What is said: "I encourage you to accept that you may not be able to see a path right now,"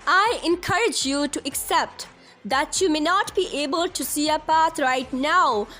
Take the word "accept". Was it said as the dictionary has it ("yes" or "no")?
yes